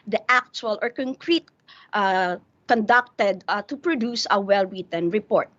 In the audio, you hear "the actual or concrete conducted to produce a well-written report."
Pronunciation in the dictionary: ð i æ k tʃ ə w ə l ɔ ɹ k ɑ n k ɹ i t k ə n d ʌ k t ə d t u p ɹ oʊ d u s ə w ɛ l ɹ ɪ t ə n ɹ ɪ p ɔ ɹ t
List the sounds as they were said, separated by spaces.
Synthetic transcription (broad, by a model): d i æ k tʃ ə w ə l ɔ ɹ k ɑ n k ɹ i t k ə n d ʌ k t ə d t u p ɹ oʊ d u s ə w ɛ l w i t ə n ɹ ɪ p ɔ ɹ t